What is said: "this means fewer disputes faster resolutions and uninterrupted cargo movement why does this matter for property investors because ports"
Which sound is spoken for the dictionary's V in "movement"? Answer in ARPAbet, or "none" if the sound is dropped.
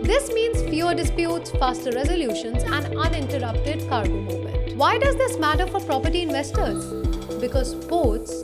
none